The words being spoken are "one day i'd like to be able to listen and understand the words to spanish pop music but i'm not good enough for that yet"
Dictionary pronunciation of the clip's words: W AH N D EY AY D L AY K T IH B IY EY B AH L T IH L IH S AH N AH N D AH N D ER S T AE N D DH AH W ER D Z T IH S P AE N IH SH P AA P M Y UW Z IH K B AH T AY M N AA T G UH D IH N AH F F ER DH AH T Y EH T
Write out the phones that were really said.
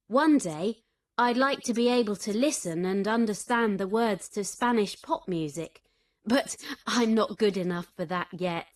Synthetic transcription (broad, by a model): W AH N D EY AY D L AY K T IH B IY EY B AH L T IH L IH S AH N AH N AH N D ER S T AE N DH AH W ER D Z T IH S P AE N IH SH P AA P M Y UW Z IH K B AH T AY M N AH T G UH D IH N AH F F ER DH AH T Y EH T